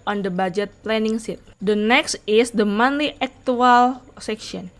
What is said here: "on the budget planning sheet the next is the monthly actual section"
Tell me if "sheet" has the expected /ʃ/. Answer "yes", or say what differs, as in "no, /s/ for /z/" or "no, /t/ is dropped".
no, /s/ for /ʃ/